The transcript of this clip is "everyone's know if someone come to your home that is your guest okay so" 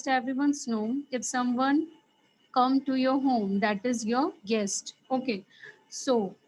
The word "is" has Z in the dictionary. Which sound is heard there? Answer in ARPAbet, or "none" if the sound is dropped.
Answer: Z